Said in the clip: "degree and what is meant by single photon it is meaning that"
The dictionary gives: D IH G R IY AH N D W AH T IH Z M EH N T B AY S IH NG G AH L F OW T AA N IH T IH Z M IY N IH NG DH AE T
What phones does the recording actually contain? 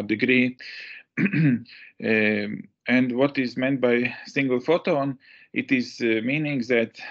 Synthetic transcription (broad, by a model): D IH G R IY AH N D W AH T IH Z M EH N T B AY S IH NG G AH L F OW T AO N IH T IH Z M IY N IH NG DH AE T